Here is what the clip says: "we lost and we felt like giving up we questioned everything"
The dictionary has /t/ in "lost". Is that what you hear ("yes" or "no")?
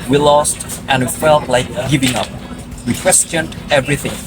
yes